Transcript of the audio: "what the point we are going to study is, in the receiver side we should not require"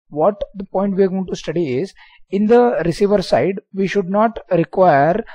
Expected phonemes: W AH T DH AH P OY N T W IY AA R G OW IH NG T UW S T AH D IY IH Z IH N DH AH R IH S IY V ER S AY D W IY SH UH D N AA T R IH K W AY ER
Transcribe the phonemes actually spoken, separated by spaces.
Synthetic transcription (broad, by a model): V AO T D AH P OY N T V IY AA R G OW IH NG T UW S T AH D IY IH Z IH N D AH R IH S IY V ER S AY D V IY SH UH D N AA T R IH K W AY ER